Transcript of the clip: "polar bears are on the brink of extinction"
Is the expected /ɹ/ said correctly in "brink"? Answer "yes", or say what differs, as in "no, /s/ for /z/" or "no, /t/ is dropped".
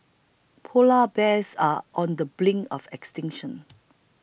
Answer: no, /l/ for /ɹ/